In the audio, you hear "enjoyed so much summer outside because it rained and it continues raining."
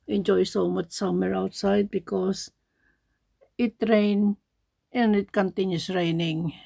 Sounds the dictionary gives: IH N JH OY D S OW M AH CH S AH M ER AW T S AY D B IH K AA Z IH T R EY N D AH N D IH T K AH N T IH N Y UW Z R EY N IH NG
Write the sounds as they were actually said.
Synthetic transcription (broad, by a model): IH N JH OY S OW M AH CH S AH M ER AW T S AY D B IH K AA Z IH T R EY N AH N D IH T K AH N T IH N Y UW S R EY N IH NG